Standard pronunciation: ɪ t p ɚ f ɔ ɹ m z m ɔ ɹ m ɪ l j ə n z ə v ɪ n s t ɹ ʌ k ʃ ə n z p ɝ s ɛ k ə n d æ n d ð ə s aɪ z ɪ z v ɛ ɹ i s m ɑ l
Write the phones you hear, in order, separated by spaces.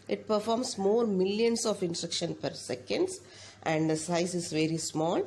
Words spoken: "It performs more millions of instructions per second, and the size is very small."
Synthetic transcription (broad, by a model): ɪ t p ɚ f ɔ ɹ m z m ɔ ɹ m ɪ l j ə n s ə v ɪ n s t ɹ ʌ k ʃ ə n p ɝ s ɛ k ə n d æ n d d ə s aɪ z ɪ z v ɛ ɹ i s m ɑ l